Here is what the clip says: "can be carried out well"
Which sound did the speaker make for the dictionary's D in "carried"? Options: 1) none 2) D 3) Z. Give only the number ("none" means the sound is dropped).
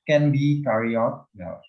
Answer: 1